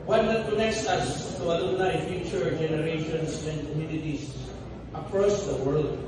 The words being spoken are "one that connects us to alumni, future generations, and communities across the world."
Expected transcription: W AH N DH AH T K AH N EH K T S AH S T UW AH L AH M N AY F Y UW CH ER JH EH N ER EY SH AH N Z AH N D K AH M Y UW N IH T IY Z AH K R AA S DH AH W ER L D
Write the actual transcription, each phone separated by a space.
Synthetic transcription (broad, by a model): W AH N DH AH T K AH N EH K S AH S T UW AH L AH N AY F Y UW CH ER JH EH N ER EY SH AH N S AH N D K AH M Y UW N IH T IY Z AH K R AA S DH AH W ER L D